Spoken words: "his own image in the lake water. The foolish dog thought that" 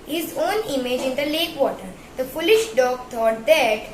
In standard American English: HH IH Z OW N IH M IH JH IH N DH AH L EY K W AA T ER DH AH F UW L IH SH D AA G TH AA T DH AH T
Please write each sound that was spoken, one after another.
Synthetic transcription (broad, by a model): HH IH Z OW N IH M IH JH IH N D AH L EY K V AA T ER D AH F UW L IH SH D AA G T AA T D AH T